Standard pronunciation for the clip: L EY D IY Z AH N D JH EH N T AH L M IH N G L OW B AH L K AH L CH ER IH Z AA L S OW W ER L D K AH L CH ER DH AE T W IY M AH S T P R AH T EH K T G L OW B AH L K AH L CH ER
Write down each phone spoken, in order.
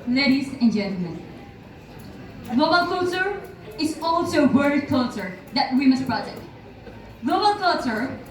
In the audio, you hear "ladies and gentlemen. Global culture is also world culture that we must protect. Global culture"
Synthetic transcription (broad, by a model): L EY D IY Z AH N JH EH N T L M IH N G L OW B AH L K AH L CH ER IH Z AA L S OW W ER D K AH L CH ER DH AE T W IY M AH S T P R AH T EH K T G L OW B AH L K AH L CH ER